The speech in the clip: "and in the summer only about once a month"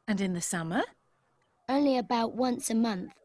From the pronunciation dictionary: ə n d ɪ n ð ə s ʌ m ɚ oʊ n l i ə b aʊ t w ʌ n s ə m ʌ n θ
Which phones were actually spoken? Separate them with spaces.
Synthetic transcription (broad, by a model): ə n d ɪ n ð ə s ʌ m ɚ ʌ l i ə b aʊ t w ʌ n s ə m ʌ n θ